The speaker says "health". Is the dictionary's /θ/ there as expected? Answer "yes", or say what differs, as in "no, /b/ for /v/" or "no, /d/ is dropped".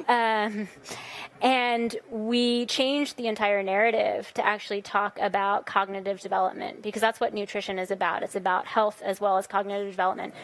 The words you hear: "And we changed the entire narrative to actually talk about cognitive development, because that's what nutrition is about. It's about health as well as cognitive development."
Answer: yes